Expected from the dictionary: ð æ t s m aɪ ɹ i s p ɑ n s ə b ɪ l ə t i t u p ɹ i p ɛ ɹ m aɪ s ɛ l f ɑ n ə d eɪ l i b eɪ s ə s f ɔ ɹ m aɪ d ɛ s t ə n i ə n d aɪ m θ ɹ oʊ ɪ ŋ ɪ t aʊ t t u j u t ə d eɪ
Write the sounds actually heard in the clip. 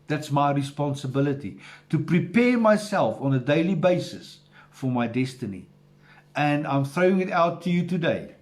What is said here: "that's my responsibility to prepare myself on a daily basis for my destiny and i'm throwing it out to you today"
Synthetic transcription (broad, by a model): ð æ t s m aɪ ɹ i s p ɑ n s ə b ɪ l ə t i t u p ɹ i p ɛ ɹ m aɪ s ɛ l f ɑ n ə d eɪ l i b eɪ s ə s f ɔ ɹ m aɪ d ɛ s t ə n i ə n d aɪ m θ ɹ oʊ ɪ ŋ ɪ t aʊ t t u j u t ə d eɪ